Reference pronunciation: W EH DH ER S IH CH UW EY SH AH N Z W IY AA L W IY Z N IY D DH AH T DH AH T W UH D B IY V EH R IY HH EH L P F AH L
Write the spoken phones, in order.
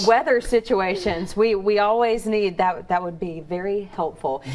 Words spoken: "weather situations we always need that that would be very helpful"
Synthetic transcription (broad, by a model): W EH DH ER S IH CH UW EY SH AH N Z W IY AA L W IY Z N IY D DH AH T DH AH T W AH D B IY V EH R IY HH EH L P F L